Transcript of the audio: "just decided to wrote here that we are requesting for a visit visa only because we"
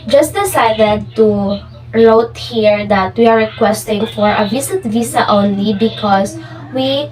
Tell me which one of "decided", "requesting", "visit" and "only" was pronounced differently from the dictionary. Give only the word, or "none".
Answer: visit